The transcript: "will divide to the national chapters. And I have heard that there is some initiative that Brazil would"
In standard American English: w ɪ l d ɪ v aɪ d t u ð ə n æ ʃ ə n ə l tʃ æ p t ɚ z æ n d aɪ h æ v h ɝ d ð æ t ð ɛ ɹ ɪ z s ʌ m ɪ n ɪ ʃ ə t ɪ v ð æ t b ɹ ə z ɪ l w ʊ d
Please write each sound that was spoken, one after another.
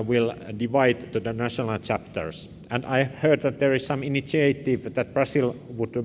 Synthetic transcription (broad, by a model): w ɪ l d ɪ v aɪ d t u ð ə n æ ʃ ə n ə l tʃ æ p t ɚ s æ n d aɪ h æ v h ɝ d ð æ t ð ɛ ɹ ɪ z s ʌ m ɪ n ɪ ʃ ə t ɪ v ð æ t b ɹ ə s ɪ l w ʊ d